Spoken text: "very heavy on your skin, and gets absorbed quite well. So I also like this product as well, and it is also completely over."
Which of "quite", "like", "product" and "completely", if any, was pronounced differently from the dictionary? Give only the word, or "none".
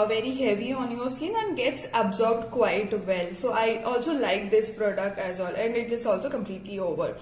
none